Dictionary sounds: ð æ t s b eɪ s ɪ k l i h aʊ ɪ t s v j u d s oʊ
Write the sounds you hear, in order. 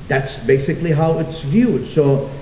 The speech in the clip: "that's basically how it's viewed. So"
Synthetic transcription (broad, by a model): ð æ t s b eɪ s ɪ k l i h aʊ ɪ t s v j u d s oʊ